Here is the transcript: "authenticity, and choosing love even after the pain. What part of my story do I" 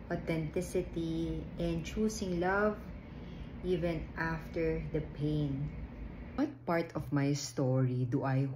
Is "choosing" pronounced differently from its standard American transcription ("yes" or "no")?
yes